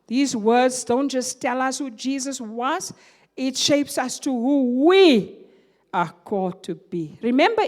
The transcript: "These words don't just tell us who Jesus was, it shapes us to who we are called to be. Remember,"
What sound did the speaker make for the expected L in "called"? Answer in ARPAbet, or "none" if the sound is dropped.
L